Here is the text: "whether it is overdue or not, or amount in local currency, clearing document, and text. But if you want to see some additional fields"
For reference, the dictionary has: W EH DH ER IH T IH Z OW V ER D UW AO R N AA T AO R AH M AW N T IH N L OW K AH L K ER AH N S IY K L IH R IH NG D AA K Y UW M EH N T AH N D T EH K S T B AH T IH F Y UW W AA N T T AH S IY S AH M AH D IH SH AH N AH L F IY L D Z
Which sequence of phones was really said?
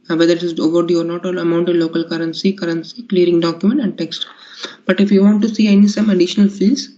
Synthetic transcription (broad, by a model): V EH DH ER IH T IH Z OW V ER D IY AO R N AA T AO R AH M AW N T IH L OW K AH L K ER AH N S IY K L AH R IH NG D AA K Y UW M EH N T AH N D T EH K S T B AH T IH F Y UW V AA N T S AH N IY S AH M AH D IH SH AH N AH L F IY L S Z